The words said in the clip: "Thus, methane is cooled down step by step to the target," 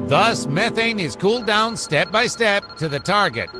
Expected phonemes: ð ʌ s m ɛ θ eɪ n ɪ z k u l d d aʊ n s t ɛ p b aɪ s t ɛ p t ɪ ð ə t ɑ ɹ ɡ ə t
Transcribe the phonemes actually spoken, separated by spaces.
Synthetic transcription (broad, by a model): ð ʌ s m ɛ θ eɪ n ɪ z k u l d d aʊ n s t ɛ p b aɪ s t ɛ p t ɪ ð ə t ɑ ɹ ɡ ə t